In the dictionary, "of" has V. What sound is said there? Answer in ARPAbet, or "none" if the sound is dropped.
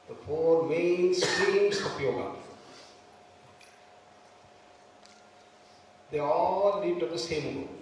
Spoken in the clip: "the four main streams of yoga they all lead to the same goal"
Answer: P